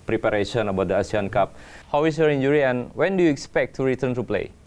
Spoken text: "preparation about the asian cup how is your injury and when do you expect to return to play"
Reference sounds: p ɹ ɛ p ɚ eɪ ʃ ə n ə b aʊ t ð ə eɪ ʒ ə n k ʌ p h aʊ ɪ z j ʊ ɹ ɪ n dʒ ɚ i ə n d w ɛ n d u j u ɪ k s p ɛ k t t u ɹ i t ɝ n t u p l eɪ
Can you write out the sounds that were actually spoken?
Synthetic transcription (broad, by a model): p ɹ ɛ p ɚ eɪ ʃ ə n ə b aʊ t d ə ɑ s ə n k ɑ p h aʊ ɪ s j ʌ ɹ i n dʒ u i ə n w ɛ n d u j u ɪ k s p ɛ k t t u ɹ i t ɝ n t u p l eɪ